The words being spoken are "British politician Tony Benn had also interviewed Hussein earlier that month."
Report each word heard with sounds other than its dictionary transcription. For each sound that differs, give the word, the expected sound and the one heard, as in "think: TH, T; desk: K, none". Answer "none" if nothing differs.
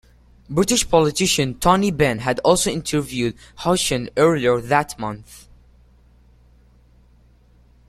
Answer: hussein: S, SH